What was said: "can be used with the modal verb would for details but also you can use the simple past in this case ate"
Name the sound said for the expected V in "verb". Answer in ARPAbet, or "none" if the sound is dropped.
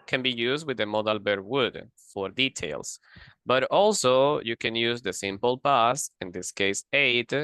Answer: B